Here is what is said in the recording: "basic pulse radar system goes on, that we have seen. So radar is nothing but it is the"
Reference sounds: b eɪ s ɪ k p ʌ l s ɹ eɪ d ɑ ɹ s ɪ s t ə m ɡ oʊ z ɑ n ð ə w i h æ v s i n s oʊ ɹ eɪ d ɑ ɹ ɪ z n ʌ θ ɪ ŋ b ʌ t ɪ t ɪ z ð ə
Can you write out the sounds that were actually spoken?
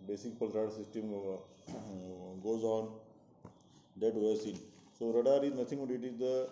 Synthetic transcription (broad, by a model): b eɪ s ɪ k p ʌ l ɹ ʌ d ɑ s ɪ s t ə m ɡ oʊ z ɑ n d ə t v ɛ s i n s oʊ ɹ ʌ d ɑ ɹ ɪ z n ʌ t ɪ ŋ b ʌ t ɪ t ɪ z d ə